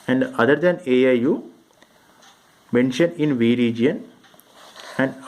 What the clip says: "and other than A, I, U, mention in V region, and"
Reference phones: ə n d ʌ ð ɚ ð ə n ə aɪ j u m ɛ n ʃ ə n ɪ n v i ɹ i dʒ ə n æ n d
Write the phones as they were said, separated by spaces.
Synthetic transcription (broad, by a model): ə n d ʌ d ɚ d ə n ə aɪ j u m ɛ n ʃ ə n ɪ n v i ɹ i dʒ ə n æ n d